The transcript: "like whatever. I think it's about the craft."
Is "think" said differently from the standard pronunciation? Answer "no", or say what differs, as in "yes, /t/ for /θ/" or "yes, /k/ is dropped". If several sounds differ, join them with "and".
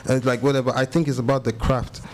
no